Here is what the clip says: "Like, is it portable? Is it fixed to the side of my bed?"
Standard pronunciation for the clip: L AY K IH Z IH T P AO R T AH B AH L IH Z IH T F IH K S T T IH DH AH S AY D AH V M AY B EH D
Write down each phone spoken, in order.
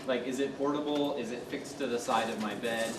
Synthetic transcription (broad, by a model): L AY K IH Z IH T P AO R T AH B L IH Z IH T F IH K S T T IH DH AH S AY D AH V M AY B EH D